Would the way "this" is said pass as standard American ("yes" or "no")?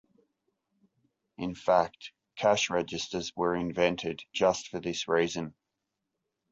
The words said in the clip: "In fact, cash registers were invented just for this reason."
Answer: yes